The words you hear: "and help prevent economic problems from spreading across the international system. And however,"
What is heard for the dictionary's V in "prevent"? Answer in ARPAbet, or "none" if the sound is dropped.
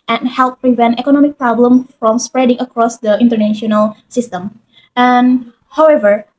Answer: V